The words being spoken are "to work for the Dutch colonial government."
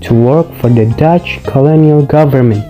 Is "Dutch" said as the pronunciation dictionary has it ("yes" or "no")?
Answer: yes